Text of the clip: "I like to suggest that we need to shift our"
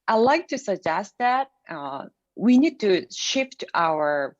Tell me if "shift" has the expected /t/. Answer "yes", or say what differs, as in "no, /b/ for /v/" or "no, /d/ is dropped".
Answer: yes